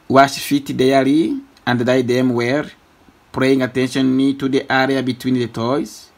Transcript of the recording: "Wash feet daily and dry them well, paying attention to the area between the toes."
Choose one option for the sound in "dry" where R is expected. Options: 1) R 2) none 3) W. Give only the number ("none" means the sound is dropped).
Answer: 2